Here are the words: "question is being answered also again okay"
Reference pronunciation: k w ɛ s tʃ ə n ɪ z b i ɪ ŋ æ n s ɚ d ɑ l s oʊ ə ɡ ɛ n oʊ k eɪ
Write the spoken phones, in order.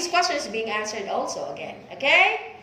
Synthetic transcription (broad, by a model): k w ɛ s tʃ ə n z b i ɪ ŋ æ n s ɚ d ɑ l s oʊ ə ɡ ɛ n oʊ k eɪ